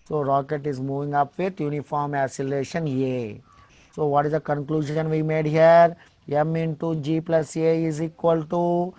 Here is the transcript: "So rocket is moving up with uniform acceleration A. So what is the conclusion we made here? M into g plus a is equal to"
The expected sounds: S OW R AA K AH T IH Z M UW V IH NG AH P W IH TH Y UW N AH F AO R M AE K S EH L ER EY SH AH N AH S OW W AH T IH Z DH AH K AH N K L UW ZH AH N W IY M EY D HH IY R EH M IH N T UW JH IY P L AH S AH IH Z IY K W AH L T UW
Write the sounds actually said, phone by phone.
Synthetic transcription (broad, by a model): S OW R AA K AH T IH Z M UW V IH NG AH P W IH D Y UW N AH F AO R M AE S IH L EY SH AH N AH S OW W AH T IH Z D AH K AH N K L UW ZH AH N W IY M EY D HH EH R EH M IH N T UW JH IY P L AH S AH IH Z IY K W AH L T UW